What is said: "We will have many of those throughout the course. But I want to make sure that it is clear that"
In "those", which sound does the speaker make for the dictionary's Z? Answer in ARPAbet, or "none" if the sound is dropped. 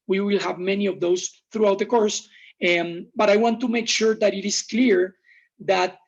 S